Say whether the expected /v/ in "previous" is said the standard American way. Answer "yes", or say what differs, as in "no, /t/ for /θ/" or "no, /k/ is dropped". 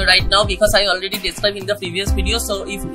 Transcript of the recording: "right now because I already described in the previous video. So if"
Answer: yes